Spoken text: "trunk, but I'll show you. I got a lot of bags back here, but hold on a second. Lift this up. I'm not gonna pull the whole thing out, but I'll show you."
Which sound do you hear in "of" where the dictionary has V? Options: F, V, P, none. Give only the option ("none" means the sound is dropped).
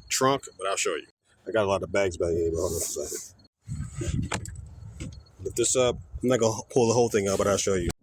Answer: V